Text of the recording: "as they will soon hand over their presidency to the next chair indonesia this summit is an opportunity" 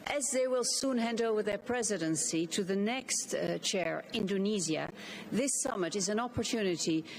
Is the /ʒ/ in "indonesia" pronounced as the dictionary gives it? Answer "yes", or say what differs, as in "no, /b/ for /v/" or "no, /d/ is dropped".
no, /z/ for /ʒ/